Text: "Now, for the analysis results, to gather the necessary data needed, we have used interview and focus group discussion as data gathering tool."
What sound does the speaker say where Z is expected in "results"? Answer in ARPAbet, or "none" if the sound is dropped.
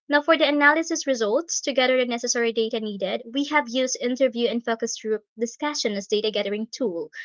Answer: Z